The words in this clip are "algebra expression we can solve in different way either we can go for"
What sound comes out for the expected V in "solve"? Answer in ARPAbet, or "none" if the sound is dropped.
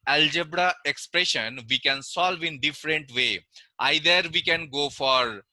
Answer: V